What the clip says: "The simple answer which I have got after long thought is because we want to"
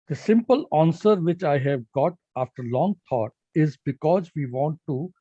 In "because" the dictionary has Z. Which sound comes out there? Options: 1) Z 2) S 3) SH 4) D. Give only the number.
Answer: 1